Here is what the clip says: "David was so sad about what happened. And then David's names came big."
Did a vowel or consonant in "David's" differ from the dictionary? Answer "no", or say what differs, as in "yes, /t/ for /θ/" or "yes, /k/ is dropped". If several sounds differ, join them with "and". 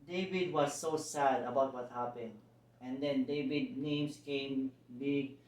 yes, /z/ is dropped